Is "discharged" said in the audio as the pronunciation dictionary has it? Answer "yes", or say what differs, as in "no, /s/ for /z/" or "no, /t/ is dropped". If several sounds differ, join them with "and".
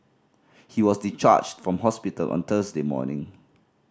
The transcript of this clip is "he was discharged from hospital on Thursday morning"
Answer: no, /s/ is dropped